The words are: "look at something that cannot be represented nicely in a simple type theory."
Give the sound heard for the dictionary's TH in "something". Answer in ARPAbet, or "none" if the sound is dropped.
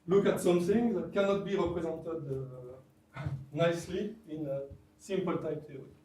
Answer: S